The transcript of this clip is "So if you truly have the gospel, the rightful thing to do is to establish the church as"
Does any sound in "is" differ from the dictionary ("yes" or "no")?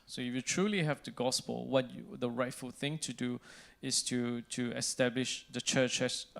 yes